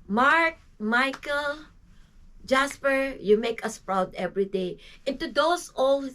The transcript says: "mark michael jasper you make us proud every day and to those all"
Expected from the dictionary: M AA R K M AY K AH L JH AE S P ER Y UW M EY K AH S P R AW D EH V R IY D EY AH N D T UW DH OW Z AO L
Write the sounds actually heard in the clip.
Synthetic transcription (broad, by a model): M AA R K M AY K AH L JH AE S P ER Y UW M EY K AH S P R AW D EH V R IY D EY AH N T UW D OW S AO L